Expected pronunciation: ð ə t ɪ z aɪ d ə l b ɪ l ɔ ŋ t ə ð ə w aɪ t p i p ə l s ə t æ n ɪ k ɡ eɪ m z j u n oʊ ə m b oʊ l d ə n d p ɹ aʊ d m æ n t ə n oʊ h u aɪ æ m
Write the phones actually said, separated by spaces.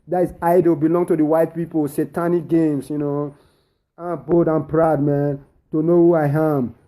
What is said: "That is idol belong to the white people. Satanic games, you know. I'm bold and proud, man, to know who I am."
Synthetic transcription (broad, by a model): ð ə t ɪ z aɪ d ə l b ɪ l ɔ ŋ t ə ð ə w aɪ t p i p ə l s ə t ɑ n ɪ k ɡ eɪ m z j u n oʊ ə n b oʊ d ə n p ɹ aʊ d m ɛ n t ə n oʊ h u aɪ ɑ m